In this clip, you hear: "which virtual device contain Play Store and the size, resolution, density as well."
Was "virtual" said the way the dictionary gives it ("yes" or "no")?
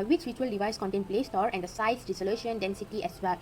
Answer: no